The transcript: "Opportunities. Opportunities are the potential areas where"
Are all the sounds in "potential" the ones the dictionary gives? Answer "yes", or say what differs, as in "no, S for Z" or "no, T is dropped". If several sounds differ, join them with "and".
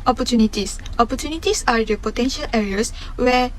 yes